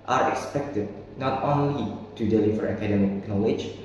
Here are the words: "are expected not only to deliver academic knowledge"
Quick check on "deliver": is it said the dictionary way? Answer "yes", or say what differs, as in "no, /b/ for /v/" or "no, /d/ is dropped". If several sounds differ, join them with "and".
no, /f/ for /v/